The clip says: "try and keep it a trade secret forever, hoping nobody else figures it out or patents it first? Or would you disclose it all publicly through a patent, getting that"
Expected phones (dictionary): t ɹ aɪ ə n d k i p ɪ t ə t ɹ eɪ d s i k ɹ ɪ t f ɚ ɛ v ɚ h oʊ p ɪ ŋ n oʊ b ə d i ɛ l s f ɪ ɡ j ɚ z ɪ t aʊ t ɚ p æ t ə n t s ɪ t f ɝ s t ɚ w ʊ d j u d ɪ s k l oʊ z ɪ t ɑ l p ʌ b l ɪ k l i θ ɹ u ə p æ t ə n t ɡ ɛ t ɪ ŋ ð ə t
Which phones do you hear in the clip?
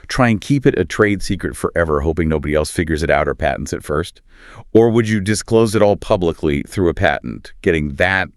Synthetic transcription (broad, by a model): t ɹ aɪ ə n k i p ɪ t ə t ɹ eɪ d s i k ɹ ɪ t f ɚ ɛ v ɚ h oʊ p ɪ ŋ n oʊ b ə d i ɛ l s f ɪ ɡ j ɚ z ɪ t aʊ t ɚ p æ t n t s ɪ t f ɝ s t ɚ w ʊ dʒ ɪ d ɪ s k l oʊ z ɪ t ɑ l p ʌ b l ɪ k l i θ ɹ u ə p æ t n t ɡ ɛ t ɪ ŋ ð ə t